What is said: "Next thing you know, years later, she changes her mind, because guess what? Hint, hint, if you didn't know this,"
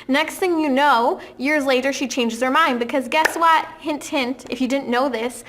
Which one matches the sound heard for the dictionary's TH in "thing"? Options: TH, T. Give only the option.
TH